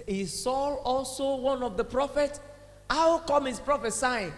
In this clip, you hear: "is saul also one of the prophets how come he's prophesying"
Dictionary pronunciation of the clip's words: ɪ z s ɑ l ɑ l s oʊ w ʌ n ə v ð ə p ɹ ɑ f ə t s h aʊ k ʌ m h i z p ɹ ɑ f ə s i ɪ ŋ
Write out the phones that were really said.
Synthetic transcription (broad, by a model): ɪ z s ɑ l ɑ l s oʊ w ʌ n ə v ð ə p ɹ ɑ f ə t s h aʊ k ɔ m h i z p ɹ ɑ f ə s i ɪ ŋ